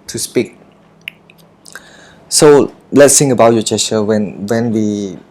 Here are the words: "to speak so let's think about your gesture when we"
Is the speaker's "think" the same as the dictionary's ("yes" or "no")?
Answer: no